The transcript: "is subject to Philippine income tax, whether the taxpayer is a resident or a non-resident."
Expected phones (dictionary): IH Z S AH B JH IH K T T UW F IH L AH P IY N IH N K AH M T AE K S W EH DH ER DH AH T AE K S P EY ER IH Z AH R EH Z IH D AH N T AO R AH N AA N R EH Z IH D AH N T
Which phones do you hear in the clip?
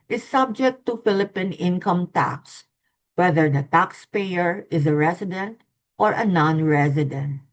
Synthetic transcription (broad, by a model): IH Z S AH B JH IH K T T UW F IH L AH P IY N IH N K AH M T AE K S W EH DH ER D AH T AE K S P EY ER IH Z AH R EH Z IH D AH N T AO R AH N AA N R EH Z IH D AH N T